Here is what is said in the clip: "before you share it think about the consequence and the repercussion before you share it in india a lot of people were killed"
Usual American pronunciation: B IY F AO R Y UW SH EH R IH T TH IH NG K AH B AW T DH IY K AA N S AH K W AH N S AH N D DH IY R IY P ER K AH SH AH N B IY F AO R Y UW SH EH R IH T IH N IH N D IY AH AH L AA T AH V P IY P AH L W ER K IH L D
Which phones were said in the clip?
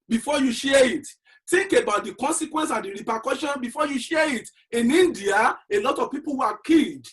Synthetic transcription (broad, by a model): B IY F AO Y UW SH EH IH T T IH NG K AH B AW T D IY K AA N S AH K W AH N S AH N D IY R IY P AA K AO SH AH N B IY F AO Y UW SH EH IH T IH N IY N D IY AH AH L AA T AH V P IY P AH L W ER K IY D